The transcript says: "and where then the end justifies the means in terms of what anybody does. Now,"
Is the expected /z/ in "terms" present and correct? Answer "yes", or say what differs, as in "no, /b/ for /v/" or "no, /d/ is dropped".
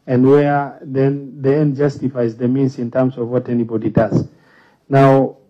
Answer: no, /s/ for /z/